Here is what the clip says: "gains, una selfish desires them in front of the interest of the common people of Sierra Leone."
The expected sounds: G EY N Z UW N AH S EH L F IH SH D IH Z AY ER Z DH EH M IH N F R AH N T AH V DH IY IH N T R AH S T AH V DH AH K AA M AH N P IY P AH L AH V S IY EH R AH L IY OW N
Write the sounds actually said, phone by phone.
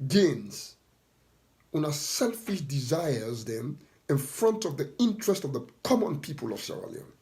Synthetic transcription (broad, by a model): G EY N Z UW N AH S EH L F IH SH D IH Z AY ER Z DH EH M IH N F R AH N T AH V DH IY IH N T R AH S T AH V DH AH K AA M AH N P IY P AH L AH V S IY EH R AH L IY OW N